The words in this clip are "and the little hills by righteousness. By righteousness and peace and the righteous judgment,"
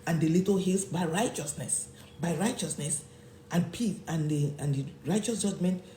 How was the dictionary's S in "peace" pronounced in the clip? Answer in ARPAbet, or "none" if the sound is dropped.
TH